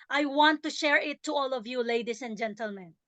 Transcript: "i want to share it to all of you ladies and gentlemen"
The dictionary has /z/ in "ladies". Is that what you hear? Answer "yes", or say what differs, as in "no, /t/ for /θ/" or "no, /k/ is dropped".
no, /s/ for /z/